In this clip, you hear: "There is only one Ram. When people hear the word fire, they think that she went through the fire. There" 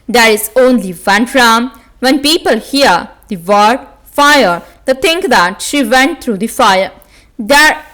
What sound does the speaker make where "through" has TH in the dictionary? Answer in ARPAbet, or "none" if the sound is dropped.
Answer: T